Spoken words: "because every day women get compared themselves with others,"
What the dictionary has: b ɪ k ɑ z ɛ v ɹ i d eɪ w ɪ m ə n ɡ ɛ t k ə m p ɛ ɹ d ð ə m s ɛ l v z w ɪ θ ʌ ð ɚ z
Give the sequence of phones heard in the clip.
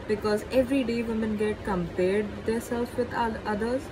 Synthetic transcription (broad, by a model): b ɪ k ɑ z ɛ v ɹ i d eɪ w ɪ m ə n ɡ ɛ t k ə m p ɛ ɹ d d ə s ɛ l z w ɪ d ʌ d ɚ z